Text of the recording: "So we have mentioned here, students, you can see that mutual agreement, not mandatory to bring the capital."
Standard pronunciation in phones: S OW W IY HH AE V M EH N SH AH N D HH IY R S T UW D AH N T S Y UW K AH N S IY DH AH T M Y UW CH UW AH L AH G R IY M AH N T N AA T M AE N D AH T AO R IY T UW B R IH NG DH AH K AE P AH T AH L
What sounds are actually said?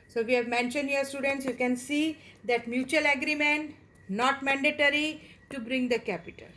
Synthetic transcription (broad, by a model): S OW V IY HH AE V M EH N SH AH N D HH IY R S T UW D AH N T S Y UW K AH N S IY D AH T M Y UW CH UW AH L AH G R IY M AH N T N AA T M AE N D AH T AO R IY T UW B R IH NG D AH K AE P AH T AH L